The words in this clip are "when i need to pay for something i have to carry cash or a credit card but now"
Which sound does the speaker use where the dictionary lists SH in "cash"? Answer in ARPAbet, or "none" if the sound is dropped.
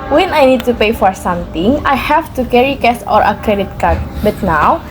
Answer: S